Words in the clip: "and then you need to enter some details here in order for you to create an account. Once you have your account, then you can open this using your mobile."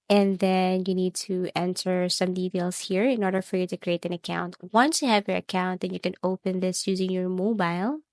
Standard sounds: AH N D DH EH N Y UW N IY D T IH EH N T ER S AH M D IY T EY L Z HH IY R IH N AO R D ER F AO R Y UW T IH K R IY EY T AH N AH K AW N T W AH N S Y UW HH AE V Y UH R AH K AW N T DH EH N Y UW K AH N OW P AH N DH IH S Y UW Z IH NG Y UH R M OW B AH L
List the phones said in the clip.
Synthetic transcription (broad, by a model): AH N DH EH N Y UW N IY D T IH EH N T ER S AH M D IY T EY L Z HH IY R IH N AO R D ER F AO R Y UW T IH K R IY EY T AH N AH K AW N T W AH N S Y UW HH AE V Y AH R AH K AW N T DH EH N Y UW K AH N OW P AH N DH IH S Y UW Z IH NG Y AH R M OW B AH L